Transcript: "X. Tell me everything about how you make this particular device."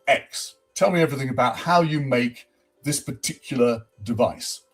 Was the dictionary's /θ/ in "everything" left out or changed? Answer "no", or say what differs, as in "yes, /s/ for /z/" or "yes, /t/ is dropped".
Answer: no